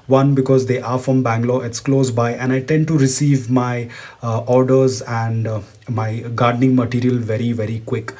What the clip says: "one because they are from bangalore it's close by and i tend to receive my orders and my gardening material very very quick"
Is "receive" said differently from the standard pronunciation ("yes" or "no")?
no